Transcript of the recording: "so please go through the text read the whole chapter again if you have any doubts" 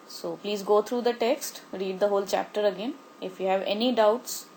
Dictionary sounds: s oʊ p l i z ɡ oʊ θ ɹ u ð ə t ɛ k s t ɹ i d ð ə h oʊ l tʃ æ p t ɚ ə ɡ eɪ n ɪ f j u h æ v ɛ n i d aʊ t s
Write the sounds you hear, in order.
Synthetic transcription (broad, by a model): s oʊ p l i z ɡ oʊ t ɹ u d ə t ɛ k s t ɹ i d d ə h oʊ l tʃ æ p t ɚ ə ɡ eɪ n ɪ f j u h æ v ɛ n i d aʊ t s